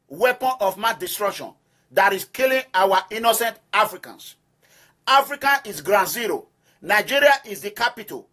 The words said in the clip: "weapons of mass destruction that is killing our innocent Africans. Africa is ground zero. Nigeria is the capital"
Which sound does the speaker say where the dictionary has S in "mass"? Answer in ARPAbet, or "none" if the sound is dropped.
none